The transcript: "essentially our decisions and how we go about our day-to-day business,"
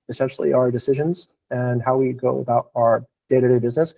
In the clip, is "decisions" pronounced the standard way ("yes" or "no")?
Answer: yes